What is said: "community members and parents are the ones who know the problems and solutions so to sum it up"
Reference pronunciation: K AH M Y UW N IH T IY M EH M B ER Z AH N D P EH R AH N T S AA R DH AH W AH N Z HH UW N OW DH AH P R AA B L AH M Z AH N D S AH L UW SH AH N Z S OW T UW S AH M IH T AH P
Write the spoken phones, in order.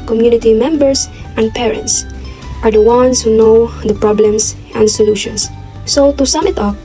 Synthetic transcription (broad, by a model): K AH M Y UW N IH T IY M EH M B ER S AH N D P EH R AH N T S AA R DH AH W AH N S HH UW N OW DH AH P R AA B L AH M S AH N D S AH L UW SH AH N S S OW T UW S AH M IH T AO